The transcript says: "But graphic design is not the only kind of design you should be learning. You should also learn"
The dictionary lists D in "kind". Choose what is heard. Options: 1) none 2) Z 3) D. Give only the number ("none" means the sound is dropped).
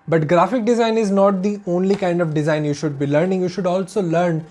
3